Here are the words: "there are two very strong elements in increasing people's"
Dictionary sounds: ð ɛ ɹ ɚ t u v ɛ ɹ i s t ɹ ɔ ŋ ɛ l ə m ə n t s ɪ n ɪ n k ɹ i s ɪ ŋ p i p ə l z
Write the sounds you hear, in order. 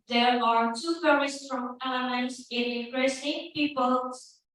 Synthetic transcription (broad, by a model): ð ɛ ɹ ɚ t u f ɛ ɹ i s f ɹ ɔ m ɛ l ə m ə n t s ɪ n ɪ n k ɹ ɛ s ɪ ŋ p i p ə l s